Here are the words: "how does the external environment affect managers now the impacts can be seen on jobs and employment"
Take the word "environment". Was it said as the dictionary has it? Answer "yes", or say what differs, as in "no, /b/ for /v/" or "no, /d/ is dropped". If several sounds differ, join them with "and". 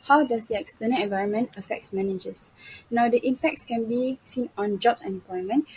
yes